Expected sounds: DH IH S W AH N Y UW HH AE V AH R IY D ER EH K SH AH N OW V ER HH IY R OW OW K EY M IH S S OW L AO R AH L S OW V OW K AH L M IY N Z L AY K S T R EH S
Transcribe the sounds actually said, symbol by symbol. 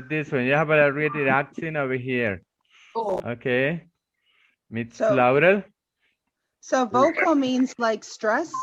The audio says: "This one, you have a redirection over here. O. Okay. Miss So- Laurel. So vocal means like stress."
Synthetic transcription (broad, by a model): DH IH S W AH N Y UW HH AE B AH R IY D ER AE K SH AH N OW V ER HH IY R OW OW K EY M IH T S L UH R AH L S OW V OW K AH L M IY N Z L AY K S T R EH S